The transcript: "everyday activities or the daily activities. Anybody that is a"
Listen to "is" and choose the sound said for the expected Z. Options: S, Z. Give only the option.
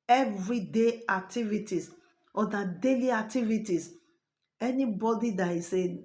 S